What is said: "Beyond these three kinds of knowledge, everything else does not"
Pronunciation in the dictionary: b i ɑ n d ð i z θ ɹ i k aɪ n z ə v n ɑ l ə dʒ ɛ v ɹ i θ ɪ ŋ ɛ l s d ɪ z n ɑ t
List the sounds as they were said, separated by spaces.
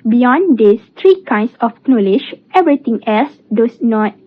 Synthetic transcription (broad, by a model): b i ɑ n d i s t ɹ i k aɪ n s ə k n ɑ l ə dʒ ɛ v ɹ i t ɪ ŋ ɛ l s d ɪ s n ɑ t